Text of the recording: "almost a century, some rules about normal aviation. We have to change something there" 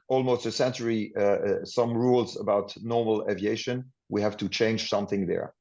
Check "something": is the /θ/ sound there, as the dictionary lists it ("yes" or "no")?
yes